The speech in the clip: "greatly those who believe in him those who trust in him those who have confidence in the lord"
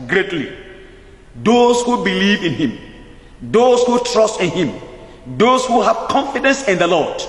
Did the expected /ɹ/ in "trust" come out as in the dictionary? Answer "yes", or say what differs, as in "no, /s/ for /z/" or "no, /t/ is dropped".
yes